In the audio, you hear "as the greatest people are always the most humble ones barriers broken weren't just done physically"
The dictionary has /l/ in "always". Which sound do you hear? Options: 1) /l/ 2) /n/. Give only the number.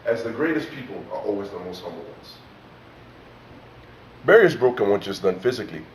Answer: 1